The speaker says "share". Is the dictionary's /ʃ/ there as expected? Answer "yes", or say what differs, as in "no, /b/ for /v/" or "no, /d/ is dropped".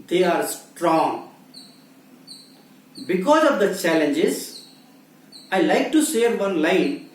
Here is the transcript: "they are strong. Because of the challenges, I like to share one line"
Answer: no, /s/ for /ʃ/